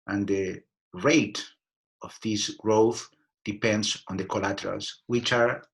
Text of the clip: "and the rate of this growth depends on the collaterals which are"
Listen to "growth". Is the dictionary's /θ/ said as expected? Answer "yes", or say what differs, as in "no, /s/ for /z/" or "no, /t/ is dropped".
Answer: yes